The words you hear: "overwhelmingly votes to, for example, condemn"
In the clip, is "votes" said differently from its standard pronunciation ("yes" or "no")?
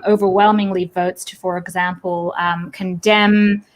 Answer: no